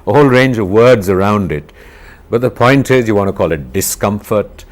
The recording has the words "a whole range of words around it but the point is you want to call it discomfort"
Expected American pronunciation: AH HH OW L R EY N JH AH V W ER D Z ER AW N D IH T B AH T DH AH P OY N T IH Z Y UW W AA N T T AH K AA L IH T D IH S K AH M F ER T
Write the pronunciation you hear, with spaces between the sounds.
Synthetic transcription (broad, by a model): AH HH OW L R EY N JH AH V W ER D Z ER AW N D IH T B AH T DH AH P OY N T IH Z Y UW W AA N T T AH K AA L IH T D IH S K AH M F ER T